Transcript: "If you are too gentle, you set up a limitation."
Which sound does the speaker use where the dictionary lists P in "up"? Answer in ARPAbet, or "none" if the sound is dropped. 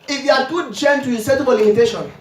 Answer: B